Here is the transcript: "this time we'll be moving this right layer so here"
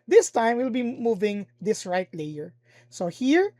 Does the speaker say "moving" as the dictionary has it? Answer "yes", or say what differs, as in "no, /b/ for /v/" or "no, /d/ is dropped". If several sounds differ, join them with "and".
yes